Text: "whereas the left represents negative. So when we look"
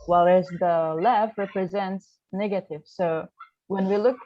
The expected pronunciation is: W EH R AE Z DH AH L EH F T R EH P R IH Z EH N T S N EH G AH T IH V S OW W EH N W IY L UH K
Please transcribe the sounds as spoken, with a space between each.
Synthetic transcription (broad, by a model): W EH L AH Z DH AH L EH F R EH P R IH Z EH N T S N EH G AH T IH V S OW W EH N W IY L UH K